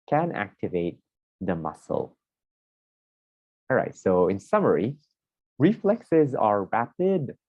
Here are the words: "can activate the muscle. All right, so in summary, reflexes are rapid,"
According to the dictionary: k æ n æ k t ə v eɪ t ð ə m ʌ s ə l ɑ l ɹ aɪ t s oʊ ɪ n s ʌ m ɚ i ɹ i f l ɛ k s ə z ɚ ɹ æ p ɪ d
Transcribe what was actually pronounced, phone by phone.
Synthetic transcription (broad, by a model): k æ n æ k t ə v eɪ t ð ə m ʌ s ə l ɑ l ɹ aɪ t s oʊ ɪ n s ʌ m ɚ i ɹ i f l ɛ k s ə z ɚ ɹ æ p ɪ d